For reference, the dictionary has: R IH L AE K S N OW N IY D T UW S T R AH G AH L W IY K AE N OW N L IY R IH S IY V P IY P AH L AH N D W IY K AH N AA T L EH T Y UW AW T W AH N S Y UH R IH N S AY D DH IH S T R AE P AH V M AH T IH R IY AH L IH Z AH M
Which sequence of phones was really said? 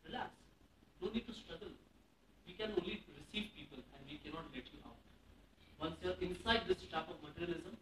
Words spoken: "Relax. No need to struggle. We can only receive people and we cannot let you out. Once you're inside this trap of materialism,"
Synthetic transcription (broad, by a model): R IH L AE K S N OW N IY D T UW S T R AH G AH L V IY K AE N OW N L IY R IH S IY V P IY P AH L AH N D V IY K AH N AA T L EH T Y UW AW T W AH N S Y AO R IH N S AY D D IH S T AE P AH V M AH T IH R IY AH L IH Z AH M